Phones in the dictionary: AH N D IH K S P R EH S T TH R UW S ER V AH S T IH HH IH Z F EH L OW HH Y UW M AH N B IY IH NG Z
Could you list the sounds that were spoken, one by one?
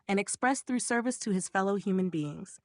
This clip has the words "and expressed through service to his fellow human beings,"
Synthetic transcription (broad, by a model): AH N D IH K S P R EH S TH R UW S ER V AH S T IH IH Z F EH L OW HH Y UW M AH N B IY IH NG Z